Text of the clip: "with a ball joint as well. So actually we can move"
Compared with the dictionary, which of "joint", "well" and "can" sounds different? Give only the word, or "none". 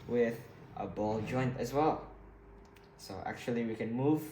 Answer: none